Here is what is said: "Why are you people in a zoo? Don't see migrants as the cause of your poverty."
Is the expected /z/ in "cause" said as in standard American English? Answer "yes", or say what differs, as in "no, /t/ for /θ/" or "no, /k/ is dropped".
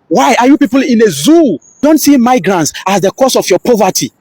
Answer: no, /s/ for /z/